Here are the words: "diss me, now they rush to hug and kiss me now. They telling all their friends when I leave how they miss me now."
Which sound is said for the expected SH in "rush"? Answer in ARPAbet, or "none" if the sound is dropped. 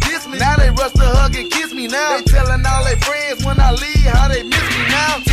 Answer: S